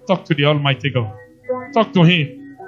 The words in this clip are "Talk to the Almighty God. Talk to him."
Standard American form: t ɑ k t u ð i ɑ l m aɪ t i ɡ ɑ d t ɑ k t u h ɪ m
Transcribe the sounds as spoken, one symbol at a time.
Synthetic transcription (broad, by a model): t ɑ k t u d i ɑ l m aɪ t i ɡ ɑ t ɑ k t u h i